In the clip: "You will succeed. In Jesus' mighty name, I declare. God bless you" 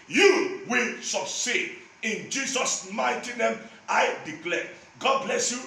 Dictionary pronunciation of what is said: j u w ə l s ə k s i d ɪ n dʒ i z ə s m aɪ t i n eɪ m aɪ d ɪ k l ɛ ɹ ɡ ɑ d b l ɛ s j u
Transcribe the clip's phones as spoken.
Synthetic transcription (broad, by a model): j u w ə l s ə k s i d ɪ n dʒ i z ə s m aɪ t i n eɪ m aɪ d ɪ k l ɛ ɡ ɑ d b l ɛ s j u